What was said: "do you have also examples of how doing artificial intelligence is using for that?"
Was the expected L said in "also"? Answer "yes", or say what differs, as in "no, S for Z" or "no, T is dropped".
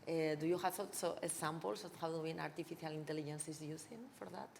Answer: no, L is dropped